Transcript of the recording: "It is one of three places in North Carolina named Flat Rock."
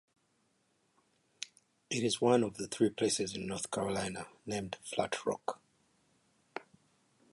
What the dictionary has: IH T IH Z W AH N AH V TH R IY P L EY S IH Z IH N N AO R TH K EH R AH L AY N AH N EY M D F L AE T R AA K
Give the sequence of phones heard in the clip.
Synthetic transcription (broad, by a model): IH T IH Z W AH N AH V TH R IY P L EY S IH Z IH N N AO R TH K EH R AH L AY N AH N EY M D F L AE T R AA K